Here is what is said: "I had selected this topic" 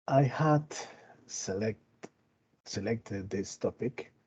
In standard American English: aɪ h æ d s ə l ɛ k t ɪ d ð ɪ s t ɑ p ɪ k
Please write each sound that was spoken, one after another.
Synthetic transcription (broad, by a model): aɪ h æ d s ə l ɛ k t ɪ d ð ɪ s t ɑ p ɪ k